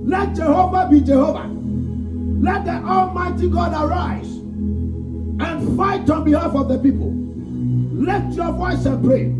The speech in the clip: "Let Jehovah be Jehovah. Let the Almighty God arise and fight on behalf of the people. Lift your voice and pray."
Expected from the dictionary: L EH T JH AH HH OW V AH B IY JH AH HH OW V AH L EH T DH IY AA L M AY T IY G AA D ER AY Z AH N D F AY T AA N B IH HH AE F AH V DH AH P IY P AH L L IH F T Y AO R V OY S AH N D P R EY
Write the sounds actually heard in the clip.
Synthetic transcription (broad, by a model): L EH T JH AH HH OW V AH B IY JH AH HH OW V AH L EH T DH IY AA L M AY T IY G AA D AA AY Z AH N F AY T AA N B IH HH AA F AH V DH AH P IY P AH L L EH T Y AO V OY S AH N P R EY